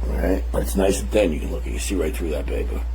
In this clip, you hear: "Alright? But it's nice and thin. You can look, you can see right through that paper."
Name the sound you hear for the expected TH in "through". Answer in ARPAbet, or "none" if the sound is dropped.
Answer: TH